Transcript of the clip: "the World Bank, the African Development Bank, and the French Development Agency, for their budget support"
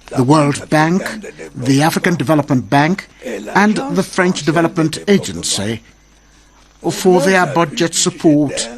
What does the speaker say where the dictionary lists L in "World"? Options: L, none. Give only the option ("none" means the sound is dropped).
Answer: L